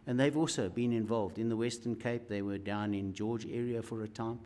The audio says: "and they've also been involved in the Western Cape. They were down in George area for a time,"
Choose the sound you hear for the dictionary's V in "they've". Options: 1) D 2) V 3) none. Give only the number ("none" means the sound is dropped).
2